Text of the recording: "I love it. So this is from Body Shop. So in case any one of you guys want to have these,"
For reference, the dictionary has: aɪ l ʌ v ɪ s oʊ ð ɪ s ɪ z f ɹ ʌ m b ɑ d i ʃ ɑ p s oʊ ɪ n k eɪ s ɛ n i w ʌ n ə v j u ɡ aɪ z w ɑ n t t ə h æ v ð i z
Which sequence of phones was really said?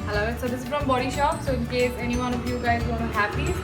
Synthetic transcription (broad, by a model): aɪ l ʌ ɪ s oʊ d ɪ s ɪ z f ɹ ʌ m b ɑ d i ʃ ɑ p s oʊ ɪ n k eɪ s ɛ n i w ʌ n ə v j u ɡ aɪ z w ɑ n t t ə h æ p i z